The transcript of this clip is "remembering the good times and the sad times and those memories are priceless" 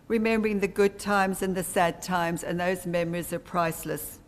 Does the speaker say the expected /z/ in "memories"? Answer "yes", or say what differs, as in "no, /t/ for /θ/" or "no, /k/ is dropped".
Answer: yes